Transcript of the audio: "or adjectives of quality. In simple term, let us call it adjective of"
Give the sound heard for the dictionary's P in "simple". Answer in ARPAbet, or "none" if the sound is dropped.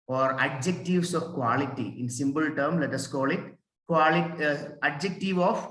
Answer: B